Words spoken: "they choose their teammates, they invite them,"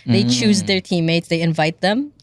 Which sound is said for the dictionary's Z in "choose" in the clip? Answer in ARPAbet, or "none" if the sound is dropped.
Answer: Z